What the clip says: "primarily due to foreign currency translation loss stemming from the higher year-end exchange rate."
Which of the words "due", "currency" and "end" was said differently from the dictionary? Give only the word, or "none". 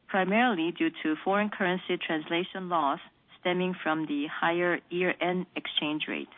end